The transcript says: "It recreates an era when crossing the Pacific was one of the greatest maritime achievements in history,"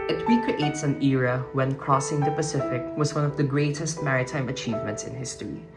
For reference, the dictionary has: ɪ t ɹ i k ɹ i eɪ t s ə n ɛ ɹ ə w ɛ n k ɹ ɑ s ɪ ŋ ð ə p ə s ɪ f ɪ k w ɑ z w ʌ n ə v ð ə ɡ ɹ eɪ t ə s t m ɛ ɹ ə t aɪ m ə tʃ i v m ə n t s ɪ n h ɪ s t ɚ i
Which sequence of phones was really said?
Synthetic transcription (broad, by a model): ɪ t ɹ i k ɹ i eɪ t s ə n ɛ ɹ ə w ɛ n k ɹ ɑ s ɪ ŋ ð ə p ə s ɪ f ɪ k w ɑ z w ʌ n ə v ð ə ɡ ɹ eɪ t ə s t m ɛ ɹ ə t aɪ m ə tʃ i v m ə n t s ɪ n h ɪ s t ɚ i